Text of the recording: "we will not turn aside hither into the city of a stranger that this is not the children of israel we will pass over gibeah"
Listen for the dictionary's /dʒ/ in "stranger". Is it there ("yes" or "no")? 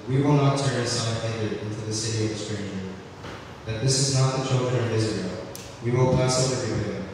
no